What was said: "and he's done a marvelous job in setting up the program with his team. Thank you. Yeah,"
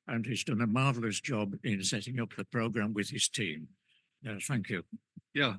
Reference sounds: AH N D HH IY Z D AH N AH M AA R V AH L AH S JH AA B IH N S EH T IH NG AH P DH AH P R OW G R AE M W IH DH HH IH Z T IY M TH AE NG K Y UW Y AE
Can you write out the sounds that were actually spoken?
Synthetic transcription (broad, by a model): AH N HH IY Z D AH N AH M AA R V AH L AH S JH AA B IH N S EH T IH NG AH P DH AH P R OW G R AE M W IH DH IH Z T IY M TH AE NG K Y UW Y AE